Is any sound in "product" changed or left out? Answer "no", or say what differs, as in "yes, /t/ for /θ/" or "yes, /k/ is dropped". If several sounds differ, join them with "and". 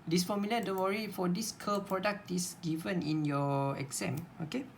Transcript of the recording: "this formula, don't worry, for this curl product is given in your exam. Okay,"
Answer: no